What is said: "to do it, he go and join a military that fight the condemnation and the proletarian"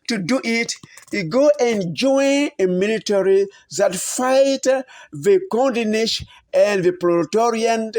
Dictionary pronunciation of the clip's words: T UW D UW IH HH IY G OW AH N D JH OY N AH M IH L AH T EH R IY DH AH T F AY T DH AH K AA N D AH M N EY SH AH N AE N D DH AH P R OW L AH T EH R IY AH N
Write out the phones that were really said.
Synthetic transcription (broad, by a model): T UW D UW IH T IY G OW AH N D JH OY N AH M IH L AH T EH R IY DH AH T F AY T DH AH K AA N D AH N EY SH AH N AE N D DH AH P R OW T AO R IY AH N